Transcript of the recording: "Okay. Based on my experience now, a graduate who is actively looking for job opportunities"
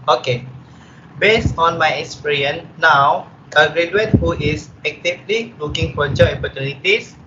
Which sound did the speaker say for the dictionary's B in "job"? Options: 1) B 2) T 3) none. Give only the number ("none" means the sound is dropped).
3